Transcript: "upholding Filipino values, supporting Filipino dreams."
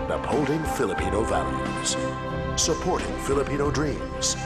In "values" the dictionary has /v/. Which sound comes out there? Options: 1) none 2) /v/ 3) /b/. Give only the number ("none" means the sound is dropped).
2